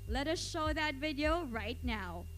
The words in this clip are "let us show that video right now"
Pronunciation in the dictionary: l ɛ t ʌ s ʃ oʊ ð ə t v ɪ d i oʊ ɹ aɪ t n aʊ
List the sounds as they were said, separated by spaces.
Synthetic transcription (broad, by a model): l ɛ t ʌ s ʃ oʊ ð ə t v ɪ d i oʊ ɹ aɪ t n aʊ